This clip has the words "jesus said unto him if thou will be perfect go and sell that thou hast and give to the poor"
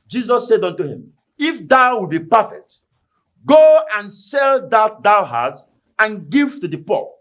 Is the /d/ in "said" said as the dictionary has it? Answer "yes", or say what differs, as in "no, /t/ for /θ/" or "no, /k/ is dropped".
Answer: yes